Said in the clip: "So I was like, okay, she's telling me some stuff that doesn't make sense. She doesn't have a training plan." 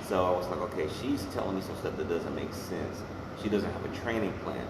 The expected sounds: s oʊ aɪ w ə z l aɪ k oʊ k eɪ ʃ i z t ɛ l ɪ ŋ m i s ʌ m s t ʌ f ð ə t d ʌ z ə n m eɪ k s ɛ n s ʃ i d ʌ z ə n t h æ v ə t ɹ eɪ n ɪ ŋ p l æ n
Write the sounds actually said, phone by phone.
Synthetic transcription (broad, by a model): s oʊ aɪ w ə z l aɪ k oʊ k eɪ ʃ i z t ɛ l ɪ ŋ m i s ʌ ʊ s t ʌ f ð ə t d ʌ z ə n m eɪ k s ɛ n s ʃ i d ʌ z ə n t h æ v ə t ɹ eɪ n ɪ ŋ p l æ n